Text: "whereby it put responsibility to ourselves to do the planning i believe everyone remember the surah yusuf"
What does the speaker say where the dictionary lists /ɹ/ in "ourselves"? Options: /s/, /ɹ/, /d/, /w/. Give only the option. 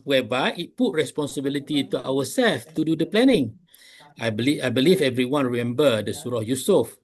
/w/